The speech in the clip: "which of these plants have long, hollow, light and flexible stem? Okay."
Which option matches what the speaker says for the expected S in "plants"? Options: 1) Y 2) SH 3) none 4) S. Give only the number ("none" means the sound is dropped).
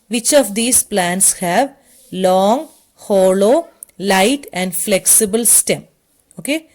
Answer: 4